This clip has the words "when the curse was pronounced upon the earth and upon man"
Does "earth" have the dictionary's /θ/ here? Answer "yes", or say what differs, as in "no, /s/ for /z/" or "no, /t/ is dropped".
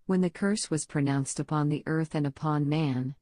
yes